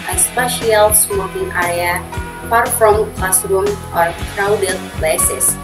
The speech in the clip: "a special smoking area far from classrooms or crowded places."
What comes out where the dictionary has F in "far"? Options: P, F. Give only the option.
P